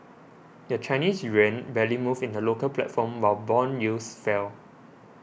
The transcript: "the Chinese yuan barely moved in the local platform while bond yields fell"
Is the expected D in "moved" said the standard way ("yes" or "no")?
no